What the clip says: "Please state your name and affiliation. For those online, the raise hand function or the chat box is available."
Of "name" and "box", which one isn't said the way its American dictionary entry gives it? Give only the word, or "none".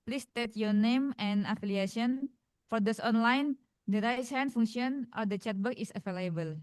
box